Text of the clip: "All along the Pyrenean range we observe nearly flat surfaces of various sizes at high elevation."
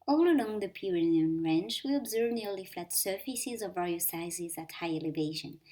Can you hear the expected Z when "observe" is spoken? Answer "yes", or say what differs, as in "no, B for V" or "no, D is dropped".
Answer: yes